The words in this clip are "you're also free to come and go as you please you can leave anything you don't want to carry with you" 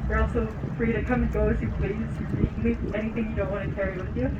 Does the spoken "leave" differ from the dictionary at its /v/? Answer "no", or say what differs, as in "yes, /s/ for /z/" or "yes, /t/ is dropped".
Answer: yes, /v/ is dropped